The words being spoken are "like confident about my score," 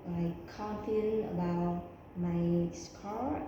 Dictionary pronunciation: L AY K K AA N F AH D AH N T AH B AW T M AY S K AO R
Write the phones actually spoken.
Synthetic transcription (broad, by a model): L AY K K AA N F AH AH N AH B AW T M AY S K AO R